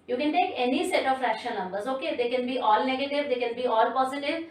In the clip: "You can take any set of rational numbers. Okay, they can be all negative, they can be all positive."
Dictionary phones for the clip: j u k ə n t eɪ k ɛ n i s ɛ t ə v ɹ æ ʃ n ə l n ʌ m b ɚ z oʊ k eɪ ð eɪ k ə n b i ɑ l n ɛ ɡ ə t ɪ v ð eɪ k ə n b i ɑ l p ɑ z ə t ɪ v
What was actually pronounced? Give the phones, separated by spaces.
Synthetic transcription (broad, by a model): j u k ə n t eɪ k ɛ n i s ɛ t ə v ɹ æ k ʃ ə n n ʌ m b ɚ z oʊ k eɪ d eɪ k ə n b i ɑ l n ɛ ɡ ə t ɪ v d eɪ k ə n b i ɑ l p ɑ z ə t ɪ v